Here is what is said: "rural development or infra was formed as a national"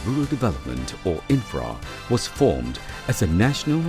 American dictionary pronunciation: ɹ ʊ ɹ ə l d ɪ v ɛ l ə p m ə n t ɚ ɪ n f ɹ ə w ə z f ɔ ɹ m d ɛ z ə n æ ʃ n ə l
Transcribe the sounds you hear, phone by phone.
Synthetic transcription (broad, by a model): ɹ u ɹ l d ɪ v ɛ l ə p m ə n t ɚ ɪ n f ɹ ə w ə z f ɔ ɹ m d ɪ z ə n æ ʃ n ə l